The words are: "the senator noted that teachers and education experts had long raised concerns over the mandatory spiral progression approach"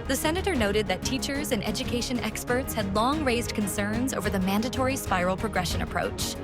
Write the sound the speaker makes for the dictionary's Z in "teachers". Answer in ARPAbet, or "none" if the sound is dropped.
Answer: Z